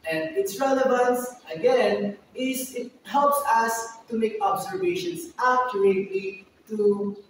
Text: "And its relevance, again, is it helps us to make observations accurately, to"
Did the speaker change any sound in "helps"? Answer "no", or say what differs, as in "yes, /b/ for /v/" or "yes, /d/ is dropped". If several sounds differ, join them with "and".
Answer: no